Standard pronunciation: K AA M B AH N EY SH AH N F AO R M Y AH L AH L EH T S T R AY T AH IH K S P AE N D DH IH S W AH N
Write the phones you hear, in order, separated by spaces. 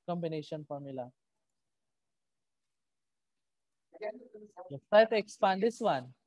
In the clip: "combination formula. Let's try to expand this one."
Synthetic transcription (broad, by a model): K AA M B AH N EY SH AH N F AO R M Y AH L AH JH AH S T AY T AH K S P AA N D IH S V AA N